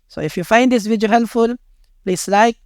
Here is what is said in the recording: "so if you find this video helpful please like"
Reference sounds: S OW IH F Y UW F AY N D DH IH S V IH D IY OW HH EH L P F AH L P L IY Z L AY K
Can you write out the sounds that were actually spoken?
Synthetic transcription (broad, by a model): S OW IH F Y UW F AY N D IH S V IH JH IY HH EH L F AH L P L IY S L AY K